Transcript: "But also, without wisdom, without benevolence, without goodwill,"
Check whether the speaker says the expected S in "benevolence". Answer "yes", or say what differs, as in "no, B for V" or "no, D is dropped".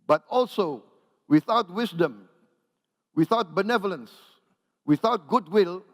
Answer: yes